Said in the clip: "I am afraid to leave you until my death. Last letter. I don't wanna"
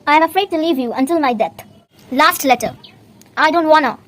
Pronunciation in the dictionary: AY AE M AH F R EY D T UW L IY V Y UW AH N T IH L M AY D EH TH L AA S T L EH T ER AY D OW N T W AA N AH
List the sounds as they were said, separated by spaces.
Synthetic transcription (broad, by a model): AY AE M AH F R EY D T UW L IY V Y UW AH N T IH L M AY D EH T L AA S T L EH T ER AY D OW N T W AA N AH